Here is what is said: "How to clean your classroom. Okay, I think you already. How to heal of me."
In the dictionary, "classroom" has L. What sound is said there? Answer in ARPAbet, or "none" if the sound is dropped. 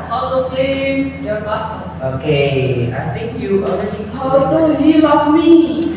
none